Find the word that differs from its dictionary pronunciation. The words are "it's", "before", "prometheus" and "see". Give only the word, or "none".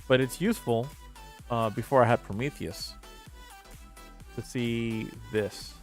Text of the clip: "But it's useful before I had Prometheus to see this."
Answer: none